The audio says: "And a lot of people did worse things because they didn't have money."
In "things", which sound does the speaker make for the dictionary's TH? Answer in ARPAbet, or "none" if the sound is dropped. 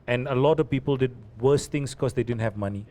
T